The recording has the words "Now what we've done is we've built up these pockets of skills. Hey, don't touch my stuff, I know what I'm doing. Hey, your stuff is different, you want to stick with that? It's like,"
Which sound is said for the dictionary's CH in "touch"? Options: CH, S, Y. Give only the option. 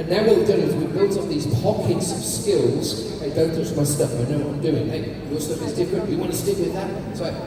S